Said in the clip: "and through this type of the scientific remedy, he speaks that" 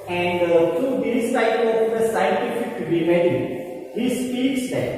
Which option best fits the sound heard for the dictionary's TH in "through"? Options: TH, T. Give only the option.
T